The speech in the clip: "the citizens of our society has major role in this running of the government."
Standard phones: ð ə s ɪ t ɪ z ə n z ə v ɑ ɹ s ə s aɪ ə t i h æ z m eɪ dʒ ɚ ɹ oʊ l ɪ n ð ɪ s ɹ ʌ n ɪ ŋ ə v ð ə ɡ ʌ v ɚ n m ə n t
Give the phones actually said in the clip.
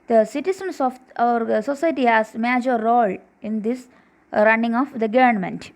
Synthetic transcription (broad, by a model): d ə s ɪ t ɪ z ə n s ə f ɑ ɹ s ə s aɪ t i h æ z m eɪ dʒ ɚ ɹ oʊ l ɪ n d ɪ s ɹ ʌ n ɪ ŋ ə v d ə ɡ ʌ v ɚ n m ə n t